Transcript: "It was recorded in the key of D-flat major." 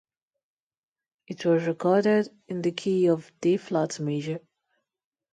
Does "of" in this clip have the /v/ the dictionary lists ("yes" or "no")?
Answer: yes